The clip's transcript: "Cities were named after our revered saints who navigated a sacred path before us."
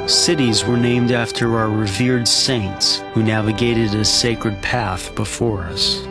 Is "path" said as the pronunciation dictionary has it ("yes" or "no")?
yes